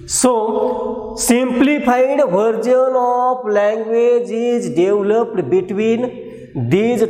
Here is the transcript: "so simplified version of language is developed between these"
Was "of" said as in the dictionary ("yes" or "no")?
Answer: no